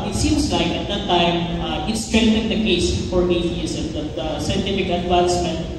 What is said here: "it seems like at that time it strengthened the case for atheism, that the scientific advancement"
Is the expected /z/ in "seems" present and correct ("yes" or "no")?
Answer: no